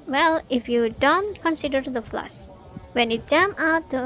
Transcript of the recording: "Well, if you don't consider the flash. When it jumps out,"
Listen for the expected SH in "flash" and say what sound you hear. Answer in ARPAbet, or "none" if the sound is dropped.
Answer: S